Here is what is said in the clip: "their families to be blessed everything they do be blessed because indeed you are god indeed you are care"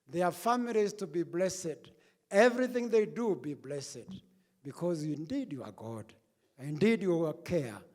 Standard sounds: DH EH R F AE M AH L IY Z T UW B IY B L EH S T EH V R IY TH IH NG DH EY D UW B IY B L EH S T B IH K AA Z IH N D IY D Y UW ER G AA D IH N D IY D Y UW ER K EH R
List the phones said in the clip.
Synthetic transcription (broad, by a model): DH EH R F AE M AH L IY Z T UW B IY B L EH S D EH V R IY TH IH NG DH EY D UW B IY B L EH S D B IH K AA Z IH N D IY D Y UW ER G AA D IH N D IY D Y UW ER K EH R